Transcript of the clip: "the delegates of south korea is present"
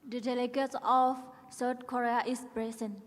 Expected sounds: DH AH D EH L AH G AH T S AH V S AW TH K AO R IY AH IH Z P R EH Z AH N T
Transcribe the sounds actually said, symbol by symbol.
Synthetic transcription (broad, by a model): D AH D EH L AH G AH T S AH F S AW T K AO R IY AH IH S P R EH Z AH N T